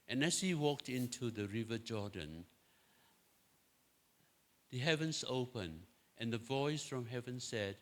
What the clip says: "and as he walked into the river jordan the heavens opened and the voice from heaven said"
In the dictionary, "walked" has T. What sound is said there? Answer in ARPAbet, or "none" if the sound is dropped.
T